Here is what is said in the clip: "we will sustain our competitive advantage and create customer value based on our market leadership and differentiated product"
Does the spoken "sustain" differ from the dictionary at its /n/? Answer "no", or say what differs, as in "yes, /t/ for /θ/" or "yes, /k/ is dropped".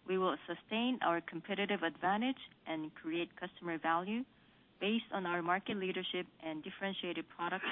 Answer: no